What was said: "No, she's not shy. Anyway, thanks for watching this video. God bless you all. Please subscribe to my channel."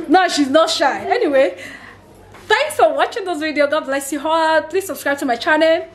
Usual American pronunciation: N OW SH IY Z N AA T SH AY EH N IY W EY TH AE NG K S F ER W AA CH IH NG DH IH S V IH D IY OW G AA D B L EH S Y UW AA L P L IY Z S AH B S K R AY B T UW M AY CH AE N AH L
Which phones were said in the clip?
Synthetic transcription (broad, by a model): N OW SH IY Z N AA T SH AY EH N IY W EY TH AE NG K S F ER W AA CH IH NG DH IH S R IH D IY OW G AA D B L EH S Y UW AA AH P L IY S AH B S K R AY B T UW M AY CH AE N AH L